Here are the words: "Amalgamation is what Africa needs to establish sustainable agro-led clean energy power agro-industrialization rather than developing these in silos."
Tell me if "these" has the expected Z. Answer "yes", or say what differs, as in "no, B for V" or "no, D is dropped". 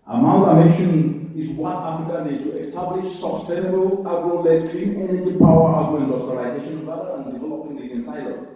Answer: no, Z is dropped